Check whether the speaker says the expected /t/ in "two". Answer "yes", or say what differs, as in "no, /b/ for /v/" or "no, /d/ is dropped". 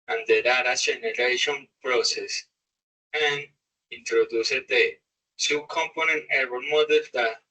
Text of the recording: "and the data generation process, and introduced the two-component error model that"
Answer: no, /s/ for /t/